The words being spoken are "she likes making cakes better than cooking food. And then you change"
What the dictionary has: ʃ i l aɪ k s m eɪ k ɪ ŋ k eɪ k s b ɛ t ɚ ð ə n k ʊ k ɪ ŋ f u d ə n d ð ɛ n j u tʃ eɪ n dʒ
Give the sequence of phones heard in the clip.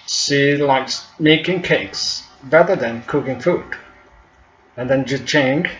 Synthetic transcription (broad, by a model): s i l aɪ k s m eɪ k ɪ ŋ k eɪ k s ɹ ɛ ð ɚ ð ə n k ʊ k ɪ ŋ f u d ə n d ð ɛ n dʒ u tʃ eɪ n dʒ